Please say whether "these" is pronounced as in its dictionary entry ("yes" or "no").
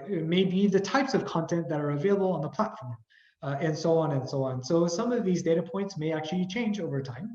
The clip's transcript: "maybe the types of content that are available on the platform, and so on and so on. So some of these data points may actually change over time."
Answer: yes